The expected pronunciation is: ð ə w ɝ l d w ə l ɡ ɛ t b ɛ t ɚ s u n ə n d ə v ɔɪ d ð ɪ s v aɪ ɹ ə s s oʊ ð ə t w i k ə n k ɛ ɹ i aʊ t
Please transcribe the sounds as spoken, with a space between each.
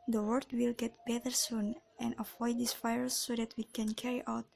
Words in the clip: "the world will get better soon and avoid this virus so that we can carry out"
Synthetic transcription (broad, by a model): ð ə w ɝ d w ə l ɡ ɛ t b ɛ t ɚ s u n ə n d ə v ɔɪ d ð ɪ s f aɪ ə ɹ s oʊ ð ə t w i k ə n k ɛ ɹ i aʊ t